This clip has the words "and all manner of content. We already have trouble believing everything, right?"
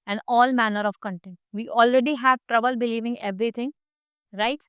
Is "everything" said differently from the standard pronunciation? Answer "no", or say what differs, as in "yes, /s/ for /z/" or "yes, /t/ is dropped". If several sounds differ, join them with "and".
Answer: yes, /t/ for /θ/